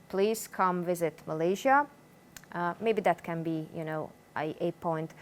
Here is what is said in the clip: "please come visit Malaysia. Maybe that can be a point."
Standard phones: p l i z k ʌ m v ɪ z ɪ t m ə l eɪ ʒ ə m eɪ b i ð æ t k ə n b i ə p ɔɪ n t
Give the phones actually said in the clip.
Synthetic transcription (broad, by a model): p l i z k ʌ m v ɪ z ɪ t m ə l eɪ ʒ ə m eɪ b i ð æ t k ə n b i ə p ɔɪ n t